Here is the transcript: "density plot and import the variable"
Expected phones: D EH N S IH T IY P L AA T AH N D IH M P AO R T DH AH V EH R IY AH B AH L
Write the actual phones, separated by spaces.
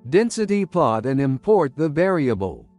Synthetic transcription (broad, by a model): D EH N S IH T IY P L AA T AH N IH M P AO R T DH AH V EH R IY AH B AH L